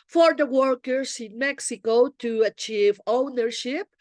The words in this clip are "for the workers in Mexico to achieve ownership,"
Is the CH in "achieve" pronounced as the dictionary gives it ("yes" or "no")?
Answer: yes